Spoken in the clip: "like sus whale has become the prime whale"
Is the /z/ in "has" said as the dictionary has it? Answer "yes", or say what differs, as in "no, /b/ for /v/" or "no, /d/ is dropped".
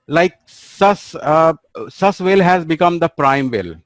yes